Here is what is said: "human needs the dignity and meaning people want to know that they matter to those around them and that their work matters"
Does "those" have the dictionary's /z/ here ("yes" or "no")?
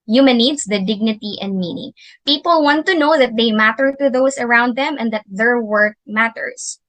no